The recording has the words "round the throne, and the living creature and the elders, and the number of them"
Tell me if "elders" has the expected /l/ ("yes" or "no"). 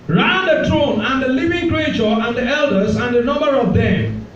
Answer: yes